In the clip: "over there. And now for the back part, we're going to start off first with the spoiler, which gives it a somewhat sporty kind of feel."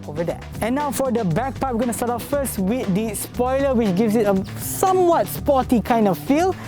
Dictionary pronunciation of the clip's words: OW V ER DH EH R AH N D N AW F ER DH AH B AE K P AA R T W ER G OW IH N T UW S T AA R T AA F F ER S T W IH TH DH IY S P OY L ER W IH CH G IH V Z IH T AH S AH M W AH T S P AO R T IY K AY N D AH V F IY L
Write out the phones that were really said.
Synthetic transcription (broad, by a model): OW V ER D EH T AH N N AW F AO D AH B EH K P AA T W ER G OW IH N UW S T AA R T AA P F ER S T W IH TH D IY S P OY L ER W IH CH G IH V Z IH T AH S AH M W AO T S P AO T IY K AY N D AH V F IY L